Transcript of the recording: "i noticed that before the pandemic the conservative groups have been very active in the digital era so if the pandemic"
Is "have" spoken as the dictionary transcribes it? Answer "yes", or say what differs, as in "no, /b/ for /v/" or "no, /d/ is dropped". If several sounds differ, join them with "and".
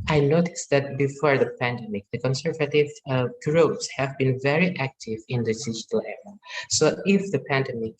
yes